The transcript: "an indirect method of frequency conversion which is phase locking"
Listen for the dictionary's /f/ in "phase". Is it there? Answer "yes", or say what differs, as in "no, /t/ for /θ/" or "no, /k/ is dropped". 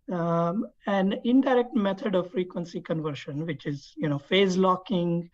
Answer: yes